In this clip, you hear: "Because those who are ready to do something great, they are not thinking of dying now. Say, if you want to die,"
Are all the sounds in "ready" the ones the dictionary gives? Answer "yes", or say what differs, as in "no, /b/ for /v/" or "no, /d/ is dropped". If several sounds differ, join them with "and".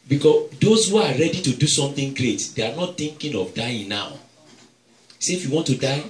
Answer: yes